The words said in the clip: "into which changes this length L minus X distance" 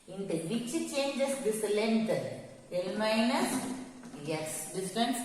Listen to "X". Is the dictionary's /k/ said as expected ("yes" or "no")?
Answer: no